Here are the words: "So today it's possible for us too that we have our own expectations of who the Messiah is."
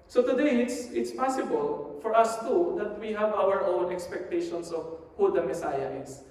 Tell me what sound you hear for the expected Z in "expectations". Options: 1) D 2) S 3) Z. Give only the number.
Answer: 2